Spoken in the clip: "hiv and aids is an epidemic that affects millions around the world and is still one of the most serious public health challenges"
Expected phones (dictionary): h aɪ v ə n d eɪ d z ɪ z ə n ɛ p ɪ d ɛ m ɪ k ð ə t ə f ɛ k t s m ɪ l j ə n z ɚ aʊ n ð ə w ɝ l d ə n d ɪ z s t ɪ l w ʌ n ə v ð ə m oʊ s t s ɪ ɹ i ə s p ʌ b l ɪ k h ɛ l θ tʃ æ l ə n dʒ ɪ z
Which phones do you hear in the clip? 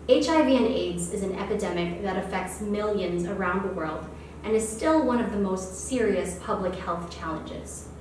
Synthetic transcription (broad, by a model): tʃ aɪ v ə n eɪ d z ɪ z n ɛ p ɪ d ɛ m ɪ k ð ə t ə f ɛ k t s m ɪ l j ə n z ɚ aʊ n ð ə w ɝ l d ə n ɪ z s t ɪ l w ʌ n ə v ð ə m oʊ s t s ɪ ɹ i ə s p ʌ b l ɪ k h ɛ l θ tʃ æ l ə n dʒ ɪ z